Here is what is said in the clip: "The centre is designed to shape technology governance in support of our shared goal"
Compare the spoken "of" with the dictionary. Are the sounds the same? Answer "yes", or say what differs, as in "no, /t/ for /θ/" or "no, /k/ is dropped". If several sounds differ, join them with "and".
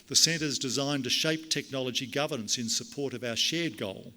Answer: yes